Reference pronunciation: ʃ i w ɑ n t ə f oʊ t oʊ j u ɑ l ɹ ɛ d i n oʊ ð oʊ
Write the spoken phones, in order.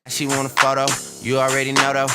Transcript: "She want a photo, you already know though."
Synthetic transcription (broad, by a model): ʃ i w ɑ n ə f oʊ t oʊ j ɑ l ɹ ɛ d i n oʊ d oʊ